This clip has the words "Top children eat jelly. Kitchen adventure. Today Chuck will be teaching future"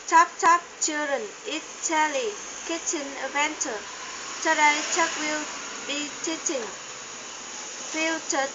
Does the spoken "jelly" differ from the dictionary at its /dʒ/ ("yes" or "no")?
yes